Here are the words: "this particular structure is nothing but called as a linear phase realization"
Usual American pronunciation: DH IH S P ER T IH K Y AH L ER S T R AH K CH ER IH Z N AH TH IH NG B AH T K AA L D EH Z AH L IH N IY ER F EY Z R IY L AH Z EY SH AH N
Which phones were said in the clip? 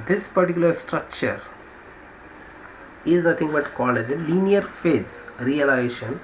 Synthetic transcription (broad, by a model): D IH S P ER T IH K Y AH L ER S T R AH K CH ER IH Z N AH T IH NG B AH T K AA L EH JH AH L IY N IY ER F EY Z R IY L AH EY SH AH N